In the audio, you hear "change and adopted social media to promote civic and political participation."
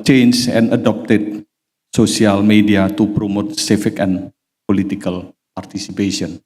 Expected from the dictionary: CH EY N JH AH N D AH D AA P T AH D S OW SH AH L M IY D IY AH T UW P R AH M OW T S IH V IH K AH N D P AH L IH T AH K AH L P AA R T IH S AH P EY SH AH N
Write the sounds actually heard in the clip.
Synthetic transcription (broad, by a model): CH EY N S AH N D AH D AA P T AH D S OW S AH L M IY D IY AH T UW P R AH M OW T S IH F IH K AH N P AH L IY T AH K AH L P AA R T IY S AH P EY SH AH N